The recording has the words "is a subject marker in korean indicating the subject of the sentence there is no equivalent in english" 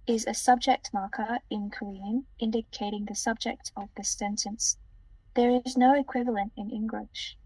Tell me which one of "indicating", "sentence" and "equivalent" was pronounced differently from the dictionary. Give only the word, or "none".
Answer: none